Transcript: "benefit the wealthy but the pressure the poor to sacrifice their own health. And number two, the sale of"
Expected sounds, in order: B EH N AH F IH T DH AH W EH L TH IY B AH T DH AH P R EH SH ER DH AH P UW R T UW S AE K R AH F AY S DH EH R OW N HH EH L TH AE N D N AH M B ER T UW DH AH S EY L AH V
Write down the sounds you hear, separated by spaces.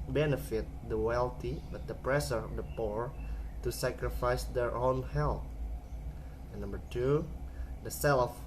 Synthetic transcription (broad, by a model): B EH N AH F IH T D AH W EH L T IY B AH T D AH P R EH S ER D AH P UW R T UW S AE K R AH F AY S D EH R OW N HH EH L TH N N AH M B ER T UW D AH S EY L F